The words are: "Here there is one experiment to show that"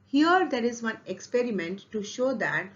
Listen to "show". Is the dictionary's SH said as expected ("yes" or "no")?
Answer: yes